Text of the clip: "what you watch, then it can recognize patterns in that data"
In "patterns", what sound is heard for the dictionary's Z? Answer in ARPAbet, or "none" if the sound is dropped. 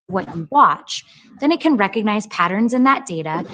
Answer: Z